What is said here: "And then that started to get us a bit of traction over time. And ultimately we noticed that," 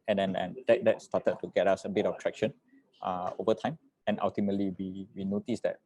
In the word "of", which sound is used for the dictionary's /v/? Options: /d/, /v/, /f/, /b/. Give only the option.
/b/